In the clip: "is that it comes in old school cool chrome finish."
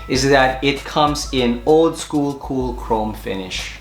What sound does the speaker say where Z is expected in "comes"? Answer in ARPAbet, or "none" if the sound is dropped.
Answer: Z